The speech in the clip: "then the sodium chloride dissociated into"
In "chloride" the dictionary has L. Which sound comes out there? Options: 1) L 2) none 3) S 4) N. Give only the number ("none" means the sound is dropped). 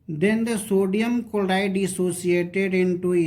2